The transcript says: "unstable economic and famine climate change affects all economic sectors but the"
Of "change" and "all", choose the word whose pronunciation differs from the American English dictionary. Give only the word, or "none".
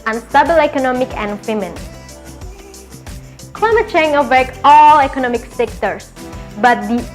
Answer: change